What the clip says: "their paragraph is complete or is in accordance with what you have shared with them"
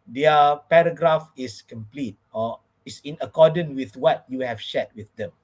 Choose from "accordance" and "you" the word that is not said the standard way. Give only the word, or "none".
accordance